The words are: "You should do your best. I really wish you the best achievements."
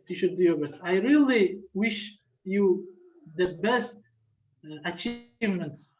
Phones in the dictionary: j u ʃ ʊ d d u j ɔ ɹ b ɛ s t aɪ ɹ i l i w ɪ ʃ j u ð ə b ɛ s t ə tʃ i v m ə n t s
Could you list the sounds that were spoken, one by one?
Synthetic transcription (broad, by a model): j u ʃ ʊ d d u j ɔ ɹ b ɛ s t aɪ ɹ i l i w ɪ ʃ j u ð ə b ɛ s t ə tʃ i v m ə n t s